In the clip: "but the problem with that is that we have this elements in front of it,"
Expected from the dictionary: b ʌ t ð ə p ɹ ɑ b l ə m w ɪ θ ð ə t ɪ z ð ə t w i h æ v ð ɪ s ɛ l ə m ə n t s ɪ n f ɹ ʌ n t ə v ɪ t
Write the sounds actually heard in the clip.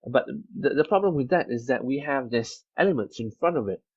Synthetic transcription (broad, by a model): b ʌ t ð ə p ɹ ɑ b l ə m w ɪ ð ə t ɪ z ð ə t w i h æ v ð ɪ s ɛ l ə m ə n t s ɪ n f ɹ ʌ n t ə v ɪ t